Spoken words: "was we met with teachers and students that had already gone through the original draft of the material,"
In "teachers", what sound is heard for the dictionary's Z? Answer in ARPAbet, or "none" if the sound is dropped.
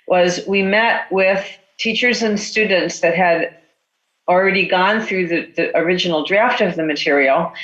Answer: Z